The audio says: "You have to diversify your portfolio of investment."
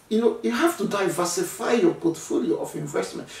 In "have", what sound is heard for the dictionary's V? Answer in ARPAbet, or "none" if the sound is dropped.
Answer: F